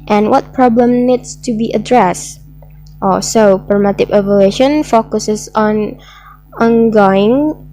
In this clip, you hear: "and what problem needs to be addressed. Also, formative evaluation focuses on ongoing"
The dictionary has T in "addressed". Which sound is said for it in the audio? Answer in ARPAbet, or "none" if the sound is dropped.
T